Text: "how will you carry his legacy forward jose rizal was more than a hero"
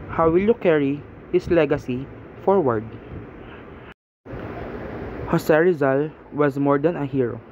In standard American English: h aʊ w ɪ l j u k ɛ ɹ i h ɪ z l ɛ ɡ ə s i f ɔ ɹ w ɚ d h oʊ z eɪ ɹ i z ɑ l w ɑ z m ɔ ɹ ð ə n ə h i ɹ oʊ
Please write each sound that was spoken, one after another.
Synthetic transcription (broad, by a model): h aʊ w ɪ l j u k ɛ ɹ i h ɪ s l ɛ ɡ ə s i f ɔ ɹ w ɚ d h oʊ s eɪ ɹ i z ɑ l w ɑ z m ɔ ɹ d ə n ə h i ɹ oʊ